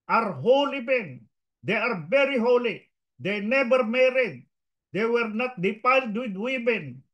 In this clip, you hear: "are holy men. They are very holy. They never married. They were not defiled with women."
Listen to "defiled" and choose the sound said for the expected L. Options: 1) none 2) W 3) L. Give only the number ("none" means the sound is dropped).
1